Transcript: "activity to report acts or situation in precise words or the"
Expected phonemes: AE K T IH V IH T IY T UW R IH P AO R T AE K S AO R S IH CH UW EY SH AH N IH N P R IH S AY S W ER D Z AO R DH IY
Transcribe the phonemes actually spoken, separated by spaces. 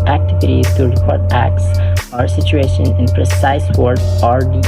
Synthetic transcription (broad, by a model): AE K T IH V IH T IY T UW R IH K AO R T AE K S AO R S IH CH UW EY SH AH N IH N P R IH S AY S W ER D AO R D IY